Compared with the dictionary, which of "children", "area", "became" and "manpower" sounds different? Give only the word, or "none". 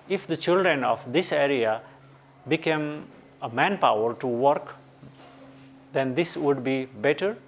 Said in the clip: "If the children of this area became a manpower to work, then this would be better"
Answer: none